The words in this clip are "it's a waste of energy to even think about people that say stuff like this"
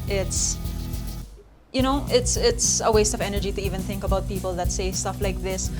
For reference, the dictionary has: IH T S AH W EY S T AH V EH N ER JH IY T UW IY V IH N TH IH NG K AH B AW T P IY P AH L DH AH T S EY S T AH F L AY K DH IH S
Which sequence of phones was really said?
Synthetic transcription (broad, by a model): IH T S AH W EY S T AH V EH N ER JH IY T UW IY V IH N TH IH NG K AH B AW T P IY P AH L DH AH T S EY S T AH F L AY K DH IH S